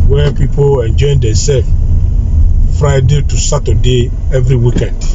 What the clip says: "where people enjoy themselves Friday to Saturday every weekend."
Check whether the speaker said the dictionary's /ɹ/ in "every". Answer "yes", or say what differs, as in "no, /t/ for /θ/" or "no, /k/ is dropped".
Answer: yes